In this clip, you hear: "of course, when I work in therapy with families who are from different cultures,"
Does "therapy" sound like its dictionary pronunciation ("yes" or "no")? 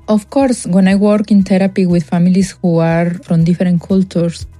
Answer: no